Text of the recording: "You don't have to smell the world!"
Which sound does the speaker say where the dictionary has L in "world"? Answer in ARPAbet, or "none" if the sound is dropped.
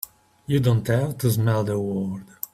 none